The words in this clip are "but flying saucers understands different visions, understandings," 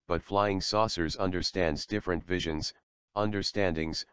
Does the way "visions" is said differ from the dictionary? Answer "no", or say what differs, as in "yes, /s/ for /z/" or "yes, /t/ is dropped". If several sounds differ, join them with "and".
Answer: no